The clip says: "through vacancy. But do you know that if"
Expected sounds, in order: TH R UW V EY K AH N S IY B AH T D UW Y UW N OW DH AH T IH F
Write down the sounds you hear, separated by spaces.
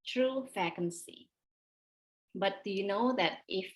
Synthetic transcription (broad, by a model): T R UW F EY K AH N S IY B AH T D UW Y UW N OW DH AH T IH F